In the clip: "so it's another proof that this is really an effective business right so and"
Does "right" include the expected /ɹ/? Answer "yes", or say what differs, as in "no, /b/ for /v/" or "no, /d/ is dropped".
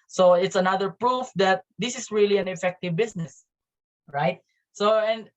yes